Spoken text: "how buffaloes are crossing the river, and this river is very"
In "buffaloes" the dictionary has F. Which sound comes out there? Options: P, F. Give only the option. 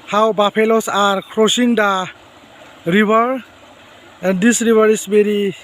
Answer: P